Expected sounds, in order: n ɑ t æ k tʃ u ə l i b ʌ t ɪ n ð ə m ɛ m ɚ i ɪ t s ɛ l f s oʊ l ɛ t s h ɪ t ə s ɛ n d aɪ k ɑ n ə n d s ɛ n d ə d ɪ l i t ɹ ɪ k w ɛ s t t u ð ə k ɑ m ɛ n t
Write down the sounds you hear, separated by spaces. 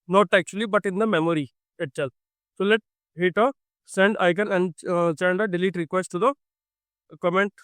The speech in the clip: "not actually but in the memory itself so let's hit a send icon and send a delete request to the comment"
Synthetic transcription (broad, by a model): n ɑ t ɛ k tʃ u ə l i b ʌ t ɪ n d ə m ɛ m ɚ i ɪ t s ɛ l s oʊ l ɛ t h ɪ t ə s ɛ n d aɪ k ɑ n ə n d s ɛ n d ə d ɪ l i t ɹ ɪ k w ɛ s t t u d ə k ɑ m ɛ n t